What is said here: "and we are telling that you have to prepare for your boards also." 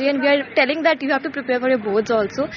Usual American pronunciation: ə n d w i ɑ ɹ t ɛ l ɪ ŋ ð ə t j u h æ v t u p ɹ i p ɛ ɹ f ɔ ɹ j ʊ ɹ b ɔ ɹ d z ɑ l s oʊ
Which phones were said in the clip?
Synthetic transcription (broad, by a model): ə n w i ɑ ɹ t ɛ l ɪ ŋ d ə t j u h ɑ p t u p ɹ i p ɛ ɹ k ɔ ɹ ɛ b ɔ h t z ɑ l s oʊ